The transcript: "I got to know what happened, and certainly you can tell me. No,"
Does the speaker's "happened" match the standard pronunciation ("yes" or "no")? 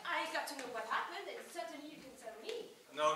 yes